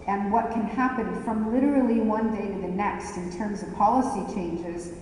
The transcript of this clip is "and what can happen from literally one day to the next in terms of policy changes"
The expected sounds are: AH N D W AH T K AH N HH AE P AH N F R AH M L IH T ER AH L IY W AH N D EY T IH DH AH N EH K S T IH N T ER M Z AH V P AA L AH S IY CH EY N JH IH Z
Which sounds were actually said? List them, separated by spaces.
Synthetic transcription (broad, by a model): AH N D W AH T K AH N HH AE P AH N F R AH M L IH T ER L IY W AH N D EY T IH DH AH N EH K S T IH N T ER M Z AH V P AA L AH S IY CH EY N JH IH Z